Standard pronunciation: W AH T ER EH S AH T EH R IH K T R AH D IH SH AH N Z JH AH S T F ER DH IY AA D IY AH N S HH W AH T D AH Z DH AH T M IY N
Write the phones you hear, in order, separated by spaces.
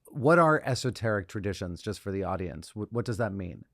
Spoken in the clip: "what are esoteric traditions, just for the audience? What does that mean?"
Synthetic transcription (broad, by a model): W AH T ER EH S AH T EH R IH K T R AH D IH SH AH N Z JH AH S T F ER DH IY AA D IY AH N S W W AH T D AH Z DH AH T M IY N